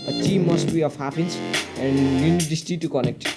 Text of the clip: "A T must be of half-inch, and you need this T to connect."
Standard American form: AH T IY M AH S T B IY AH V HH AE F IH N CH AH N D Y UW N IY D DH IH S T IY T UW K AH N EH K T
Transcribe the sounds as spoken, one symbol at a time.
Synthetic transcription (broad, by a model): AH T IY M AH S T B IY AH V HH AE P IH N S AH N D Y UW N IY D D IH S T IY T UW K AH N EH K T